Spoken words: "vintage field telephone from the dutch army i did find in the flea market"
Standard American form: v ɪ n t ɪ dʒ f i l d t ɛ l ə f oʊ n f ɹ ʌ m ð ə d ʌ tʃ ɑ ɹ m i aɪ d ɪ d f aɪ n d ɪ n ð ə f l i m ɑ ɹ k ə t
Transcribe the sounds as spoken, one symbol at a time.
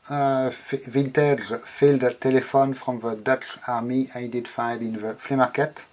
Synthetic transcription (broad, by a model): v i n t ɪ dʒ f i l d t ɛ l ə f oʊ n f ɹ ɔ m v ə d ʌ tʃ ɑ ɹ m i aɪ d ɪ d f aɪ d ɪ n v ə f l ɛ m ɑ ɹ k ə t